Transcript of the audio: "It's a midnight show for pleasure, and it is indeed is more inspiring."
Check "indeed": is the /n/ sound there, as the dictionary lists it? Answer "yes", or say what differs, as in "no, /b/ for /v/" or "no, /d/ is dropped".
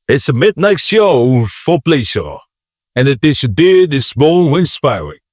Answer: no, /n/ is dropped